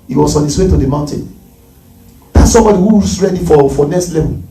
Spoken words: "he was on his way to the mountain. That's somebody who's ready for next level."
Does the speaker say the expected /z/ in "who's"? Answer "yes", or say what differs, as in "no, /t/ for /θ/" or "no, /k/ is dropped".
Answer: no, /s/ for /z/